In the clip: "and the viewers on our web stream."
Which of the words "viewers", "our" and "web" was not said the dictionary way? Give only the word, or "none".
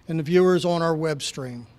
none